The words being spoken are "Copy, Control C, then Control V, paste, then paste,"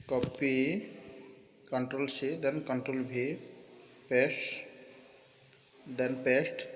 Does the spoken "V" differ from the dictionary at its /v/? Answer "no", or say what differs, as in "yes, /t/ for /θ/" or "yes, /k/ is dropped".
yes, /b/ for /v/